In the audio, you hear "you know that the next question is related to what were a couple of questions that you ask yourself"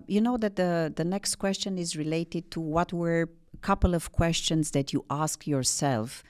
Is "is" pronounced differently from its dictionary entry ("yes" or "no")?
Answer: no